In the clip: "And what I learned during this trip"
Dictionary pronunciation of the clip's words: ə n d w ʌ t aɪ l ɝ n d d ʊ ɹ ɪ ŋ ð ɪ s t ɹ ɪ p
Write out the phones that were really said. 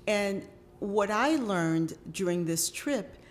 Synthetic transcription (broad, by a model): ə n w ʌ t aɪ l ɝ n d d ʊ ɹ ɪ ŋ ð ɪ s t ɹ ɪ p